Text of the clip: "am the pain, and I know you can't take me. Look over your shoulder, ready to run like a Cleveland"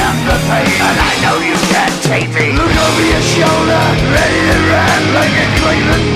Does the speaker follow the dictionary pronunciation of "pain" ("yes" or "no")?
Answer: no